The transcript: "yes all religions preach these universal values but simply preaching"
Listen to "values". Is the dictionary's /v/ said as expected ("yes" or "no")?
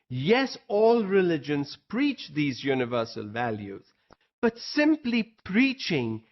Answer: yes